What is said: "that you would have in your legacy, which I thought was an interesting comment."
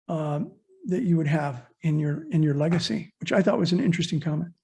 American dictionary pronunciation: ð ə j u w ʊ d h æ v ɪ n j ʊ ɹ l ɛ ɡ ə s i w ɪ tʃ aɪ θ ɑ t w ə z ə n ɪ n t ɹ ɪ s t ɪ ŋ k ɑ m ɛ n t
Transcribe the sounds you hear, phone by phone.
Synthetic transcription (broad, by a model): ð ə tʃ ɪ w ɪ d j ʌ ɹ ɪ n j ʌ ɹ l ɛ ɡ ə s i w ɪ tʃ aɪ θ ɑ t w ə z ə n ɪ n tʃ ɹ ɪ s t ɪ ŋ k ɑ m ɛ n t